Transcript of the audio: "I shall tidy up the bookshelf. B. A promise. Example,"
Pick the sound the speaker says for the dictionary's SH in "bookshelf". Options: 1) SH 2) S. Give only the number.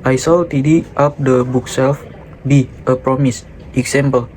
2